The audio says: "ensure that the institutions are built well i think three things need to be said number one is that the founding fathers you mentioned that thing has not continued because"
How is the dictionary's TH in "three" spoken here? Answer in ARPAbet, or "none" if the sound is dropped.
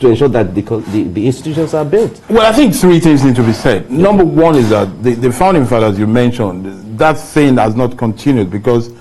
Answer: TH